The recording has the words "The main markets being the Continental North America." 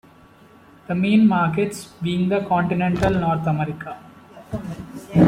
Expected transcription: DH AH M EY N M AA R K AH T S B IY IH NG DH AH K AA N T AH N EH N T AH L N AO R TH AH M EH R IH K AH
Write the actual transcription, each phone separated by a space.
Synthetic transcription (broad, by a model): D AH M EY N M AA R K AH T S B IY IH NG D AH K AA N T AH N EH N T AH L N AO R T AH M EH R IH K AH